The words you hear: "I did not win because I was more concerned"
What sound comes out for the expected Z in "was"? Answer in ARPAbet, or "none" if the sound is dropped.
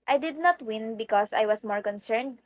S